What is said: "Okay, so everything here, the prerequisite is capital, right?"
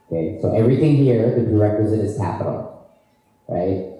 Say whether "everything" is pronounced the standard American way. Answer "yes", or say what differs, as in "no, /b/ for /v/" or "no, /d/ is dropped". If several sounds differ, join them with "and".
yes